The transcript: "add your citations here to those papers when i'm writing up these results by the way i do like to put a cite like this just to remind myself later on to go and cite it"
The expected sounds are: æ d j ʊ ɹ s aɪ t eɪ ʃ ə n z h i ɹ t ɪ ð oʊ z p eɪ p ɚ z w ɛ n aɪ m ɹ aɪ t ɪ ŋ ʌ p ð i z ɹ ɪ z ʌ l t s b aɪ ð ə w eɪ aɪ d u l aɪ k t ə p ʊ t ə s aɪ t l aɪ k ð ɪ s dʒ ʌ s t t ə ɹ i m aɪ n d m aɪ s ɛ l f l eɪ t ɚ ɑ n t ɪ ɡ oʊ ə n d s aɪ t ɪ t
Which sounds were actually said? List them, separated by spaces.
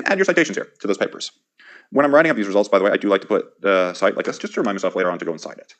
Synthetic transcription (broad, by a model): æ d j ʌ ɹ s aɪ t eɪ ʃ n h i ɹ t ɪ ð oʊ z p eɪ p ɚ z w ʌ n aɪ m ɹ aɪ t ɪ ŋ ʌ p ð i z ɹ ɪ z ʌ l t s b aɪ ð ə w eɪ aɪ d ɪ l aɪ k t ə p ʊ t ə s aɪ t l aɪ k ð ɪ s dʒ ʌ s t t ə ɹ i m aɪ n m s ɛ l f l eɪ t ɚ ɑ n t ɪ ɡ oʊ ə n s aɪ t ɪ t